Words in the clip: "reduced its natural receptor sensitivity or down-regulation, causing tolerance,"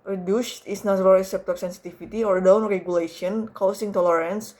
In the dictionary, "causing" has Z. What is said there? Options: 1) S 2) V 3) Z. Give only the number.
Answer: 1